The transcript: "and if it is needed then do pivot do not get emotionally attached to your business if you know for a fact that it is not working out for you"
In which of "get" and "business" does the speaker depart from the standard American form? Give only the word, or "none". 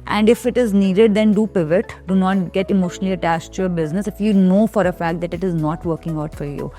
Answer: none